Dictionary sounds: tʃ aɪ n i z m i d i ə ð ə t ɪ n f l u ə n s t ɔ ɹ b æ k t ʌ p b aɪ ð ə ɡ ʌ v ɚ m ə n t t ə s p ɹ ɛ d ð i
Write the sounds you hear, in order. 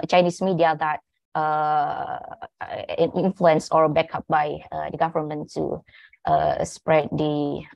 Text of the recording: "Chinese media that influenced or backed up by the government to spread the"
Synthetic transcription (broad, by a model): tʃ aɪ n i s m i d i ə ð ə t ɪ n f l u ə n s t ɔ ɹ b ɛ k ʌ p b aɪ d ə ɡ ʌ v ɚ m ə n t t ə s p ɹ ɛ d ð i